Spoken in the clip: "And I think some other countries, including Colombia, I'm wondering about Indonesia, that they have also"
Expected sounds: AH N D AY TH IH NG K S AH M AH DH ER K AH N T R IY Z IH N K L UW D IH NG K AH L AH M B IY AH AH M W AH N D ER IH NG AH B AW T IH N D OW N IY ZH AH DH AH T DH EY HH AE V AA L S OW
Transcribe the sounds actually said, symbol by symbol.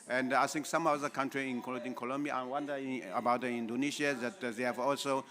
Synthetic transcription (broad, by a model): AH N D AY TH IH NG K S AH M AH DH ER K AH N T R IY IH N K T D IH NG K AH L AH M B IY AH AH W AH N D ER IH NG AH B AW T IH N D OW N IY S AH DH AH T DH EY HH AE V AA L S OW